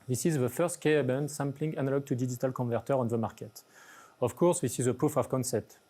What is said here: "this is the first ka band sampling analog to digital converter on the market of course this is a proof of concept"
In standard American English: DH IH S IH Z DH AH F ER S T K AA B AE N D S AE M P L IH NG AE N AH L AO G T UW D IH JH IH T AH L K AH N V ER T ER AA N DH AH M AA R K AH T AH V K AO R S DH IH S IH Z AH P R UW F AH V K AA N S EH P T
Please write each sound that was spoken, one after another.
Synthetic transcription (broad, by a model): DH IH S IH Z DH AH F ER S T K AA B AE N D S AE M P L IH NG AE N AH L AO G T UW D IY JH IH T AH L K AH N V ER T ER AA N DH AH M AA R K AH T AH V K AO R S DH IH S IH Z AH P UW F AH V K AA N S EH P T